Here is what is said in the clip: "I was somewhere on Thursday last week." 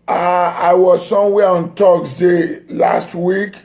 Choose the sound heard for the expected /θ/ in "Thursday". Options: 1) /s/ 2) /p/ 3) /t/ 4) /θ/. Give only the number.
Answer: 3